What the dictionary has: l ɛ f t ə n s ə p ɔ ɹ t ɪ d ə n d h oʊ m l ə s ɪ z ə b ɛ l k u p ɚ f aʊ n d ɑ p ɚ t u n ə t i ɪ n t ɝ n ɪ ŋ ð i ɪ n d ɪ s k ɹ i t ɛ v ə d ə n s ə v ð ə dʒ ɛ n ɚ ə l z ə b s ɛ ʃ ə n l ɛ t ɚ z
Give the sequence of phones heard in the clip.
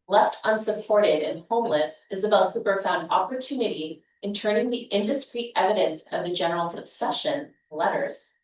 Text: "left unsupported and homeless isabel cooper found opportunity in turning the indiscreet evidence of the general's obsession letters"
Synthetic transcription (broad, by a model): l ɛ f t ə n s ə p ɔ ɹ t ɪ d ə n h oʊ m l ə s ɪ z ə b ɛ l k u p ɚ f aʊ n d ɑ p ɚ t u n ə t i ɪ n t ɝ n ɪ ŋ ð i ɪ n d ɪ s k ɹ i t ɛ v ə d ə n s ə v ð ə dʒ ɛ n ɚ l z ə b s ɛ ʃ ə n l ɛ t ɚ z